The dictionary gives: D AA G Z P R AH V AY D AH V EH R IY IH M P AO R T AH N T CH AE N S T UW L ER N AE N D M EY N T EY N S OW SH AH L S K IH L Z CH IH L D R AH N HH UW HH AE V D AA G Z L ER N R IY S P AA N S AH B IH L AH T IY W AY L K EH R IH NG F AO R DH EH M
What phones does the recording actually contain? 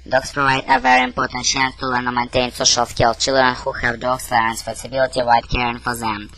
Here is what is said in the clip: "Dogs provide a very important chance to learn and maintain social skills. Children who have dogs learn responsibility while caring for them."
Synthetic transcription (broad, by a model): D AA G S P R AH V AY D AH V EH R IY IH M P AO R T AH N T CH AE N S T UW L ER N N M EY N T EY N S OW SH AH L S K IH L CH IH L D R AH N HH UW HH AE V D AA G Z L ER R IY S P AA S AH B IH L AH T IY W AY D K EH R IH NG F AO R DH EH M